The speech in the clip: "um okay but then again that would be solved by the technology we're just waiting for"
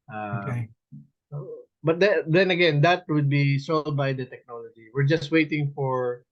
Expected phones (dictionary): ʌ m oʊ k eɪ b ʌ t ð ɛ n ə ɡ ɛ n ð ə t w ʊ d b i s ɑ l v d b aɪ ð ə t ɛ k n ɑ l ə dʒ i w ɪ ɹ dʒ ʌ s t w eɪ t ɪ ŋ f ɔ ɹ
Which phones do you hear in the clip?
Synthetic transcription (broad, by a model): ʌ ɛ ɔ b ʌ t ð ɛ n ə ɡ ɛ n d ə t w ʊ d b i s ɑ l d b aɪ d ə t ɛ k n ɑ l ə dʒ i w ɪ ɹ dʒ ʌ s t w eɪ t ɪ ŋ f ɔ ɹ